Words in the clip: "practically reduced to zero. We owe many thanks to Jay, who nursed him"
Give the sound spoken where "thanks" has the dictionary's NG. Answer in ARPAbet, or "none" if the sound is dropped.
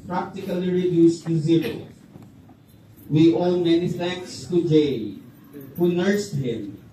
none